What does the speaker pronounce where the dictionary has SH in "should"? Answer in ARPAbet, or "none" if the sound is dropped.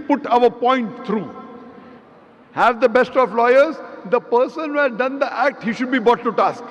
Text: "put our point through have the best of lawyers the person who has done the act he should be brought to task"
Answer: SH